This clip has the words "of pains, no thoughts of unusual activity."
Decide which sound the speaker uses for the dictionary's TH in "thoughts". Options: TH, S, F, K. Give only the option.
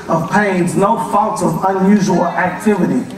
F